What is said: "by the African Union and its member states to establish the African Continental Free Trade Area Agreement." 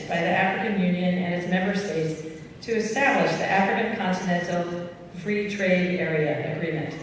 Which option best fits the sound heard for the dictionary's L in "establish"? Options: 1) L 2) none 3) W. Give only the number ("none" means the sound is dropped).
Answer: 1